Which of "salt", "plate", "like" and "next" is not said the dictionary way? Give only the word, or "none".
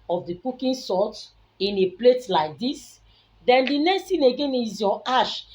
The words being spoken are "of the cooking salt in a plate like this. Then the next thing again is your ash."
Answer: salt